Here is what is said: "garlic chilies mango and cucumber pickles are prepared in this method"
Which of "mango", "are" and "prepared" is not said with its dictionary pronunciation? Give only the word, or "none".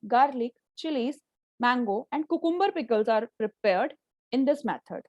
none